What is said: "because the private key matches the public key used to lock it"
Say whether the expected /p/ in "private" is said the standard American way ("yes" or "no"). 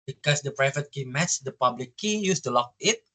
yes